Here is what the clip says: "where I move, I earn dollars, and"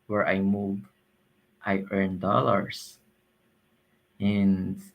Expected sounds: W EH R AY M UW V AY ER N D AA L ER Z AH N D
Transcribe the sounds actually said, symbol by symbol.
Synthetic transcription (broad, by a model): W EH R AY M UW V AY ER N D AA L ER S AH N